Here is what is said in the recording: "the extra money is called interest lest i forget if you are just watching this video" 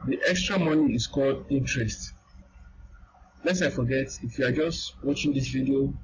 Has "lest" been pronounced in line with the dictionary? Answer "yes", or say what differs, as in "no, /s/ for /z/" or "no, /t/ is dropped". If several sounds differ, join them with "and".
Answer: no, /t/ is dropped